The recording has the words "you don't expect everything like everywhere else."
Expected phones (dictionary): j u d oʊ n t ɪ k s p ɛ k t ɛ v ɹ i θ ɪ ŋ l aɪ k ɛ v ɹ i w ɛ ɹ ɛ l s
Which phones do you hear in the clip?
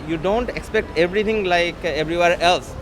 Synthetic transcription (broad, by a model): j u d oʊ n t ɪ k s p ɛ k t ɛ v ɹ i t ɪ ŋ l aɪ k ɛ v ɹ i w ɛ ɹ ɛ l s